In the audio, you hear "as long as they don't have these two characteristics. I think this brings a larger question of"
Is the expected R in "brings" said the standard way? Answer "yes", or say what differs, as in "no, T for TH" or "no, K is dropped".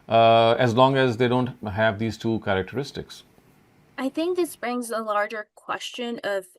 yes